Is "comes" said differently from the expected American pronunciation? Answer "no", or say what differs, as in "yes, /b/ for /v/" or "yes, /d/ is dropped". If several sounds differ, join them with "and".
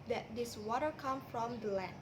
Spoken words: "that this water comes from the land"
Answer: yes, /z/ is dropped